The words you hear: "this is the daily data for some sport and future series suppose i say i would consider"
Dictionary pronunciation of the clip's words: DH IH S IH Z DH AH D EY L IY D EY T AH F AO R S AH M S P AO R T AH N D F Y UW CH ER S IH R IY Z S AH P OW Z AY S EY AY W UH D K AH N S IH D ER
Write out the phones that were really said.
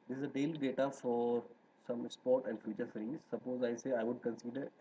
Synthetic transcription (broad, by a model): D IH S IH Z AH D EY L IY D EY T AH F AO R S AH M S P AO R T AH N D F Y UW CH ER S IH R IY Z S AH P OW Z AY S EY AY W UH D K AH N S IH D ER